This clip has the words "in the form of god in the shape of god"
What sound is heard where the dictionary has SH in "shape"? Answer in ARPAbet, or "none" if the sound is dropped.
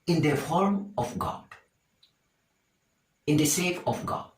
S